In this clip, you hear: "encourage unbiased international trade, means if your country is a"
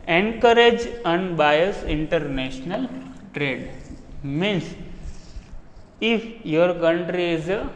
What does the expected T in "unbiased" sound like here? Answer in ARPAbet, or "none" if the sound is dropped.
none